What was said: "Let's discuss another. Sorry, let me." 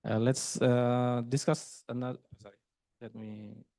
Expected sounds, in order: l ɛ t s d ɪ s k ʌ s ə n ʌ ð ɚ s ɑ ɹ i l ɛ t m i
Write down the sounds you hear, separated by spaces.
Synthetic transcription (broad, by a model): l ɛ t s d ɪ s k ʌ s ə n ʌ ɚ s ɑ ɹ i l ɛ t m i